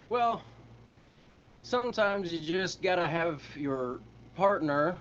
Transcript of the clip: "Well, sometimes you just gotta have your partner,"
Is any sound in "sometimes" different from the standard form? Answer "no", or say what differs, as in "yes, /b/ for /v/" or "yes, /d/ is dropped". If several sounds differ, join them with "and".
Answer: no